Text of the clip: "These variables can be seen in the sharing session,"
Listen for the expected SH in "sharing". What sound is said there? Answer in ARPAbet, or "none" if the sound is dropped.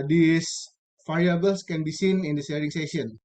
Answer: S